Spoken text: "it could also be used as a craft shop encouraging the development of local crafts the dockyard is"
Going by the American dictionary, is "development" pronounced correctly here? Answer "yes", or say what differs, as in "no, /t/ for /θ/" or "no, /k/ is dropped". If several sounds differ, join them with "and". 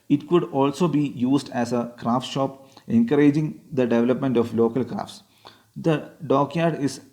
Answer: yes